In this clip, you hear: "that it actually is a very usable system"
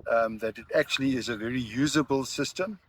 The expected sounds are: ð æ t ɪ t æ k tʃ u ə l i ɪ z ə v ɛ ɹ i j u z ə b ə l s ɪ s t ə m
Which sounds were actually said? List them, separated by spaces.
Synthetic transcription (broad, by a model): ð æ t ɪ t æ k tʃ u ə l i ɪ z ə v ɛ ɹ i j u z ə b ə l s ɪ s t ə m